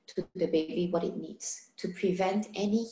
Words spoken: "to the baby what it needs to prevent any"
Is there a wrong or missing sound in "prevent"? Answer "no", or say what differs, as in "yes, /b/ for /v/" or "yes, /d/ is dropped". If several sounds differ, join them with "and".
no